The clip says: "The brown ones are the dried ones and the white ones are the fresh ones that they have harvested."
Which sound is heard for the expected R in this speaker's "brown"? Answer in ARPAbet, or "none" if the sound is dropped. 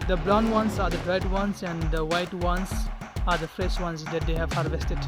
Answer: L